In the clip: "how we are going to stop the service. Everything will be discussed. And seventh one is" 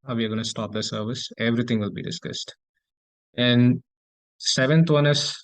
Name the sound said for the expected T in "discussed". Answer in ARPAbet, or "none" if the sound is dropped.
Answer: T